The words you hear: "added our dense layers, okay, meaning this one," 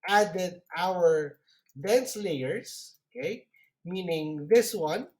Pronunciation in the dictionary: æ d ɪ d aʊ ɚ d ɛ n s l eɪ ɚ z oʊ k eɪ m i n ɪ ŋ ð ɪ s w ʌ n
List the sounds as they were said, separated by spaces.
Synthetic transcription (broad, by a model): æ d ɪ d aʊ ɚ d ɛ n s l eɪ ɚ s oʊ k eɪ m i n ɪ ŋ ð ɪ s w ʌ n